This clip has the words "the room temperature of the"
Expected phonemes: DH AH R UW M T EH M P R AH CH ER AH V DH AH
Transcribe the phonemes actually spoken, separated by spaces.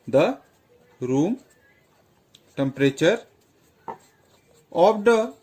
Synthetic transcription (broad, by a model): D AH R UW M T EH M P R AH CH ER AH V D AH